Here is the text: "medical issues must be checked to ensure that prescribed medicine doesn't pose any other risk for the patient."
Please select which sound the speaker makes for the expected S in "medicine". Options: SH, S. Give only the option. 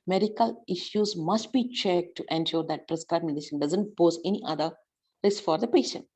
SH